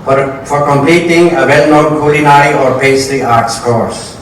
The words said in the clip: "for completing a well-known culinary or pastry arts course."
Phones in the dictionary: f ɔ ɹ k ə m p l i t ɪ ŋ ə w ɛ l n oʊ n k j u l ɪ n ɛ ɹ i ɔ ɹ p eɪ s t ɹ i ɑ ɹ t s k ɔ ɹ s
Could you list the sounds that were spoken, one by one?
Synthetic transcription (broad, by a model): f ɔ ɹ k ə m p l i t ɪ ŋ ə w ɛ l n oʊ n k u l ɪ n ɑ i ɔ ɹ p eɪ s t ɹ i ɑ ɹ t s k ɔ ɹ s